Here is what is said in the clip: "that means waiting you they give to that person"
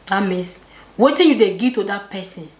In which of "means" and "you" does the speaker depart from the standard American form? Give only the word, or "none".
means